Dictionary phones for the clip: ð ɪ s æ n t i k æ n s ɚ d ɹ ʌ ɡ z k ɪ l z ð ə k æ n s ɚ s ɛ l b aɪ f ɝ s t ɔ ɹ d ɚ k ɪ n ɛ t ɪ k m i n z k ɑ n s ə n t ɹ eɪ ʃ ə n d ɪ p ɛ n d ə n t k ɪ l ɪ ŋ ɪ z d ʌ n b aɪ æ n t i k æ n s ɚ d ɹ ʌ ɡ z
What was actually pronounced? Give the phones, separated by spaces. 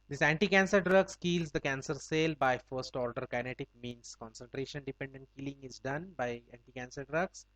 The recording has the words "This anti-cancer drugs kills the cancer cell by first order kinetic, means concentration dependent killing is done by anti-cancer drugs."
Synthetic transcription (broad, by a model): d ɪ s æ n t i k æ n s ɚ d ɹ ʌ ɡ s k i l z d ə k æ n s ɚ s ɛ l b aɪ f ɝ s t ɔ ɹ d ɚ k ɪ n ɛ t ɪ k m i n s k ɑ n s ə n t ɹ eɪ ʃ ə n d ɪ p ɛ n d ə n t k ɪ l ɪ ŋ ɪ z d ʌ n b aɪ æ n t i k æ n s ɚ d ɹ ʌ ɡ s